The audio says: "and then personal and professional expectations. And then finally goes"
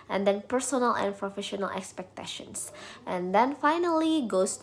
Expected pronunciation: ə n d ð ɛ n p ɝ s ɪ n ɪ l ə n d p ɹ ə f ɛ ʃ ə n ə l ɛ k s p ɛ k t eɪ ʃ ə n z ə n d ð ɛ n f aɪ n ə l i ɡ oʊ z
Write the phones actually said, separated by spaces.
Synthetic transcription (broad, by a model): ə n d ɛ n p ɝ s ɪ n ɪ l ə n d p ɹ ə f ɛ ʃ ə n ə l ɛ k s p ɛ k t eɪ ʃ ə n s ə n d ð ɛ n f aɪ n ə l i ɡ oʊ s